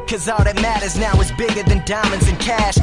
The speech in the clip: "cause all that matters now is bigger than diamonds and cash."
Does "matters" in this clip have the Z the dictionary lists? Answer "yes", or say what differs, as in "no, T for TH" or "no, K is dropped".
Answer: yes